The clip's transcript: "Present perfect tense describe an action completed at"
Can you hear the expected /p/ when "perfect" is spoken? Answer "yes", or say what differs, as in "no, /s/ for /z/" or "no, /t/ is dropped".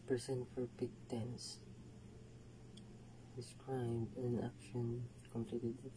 no, /f/ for /p/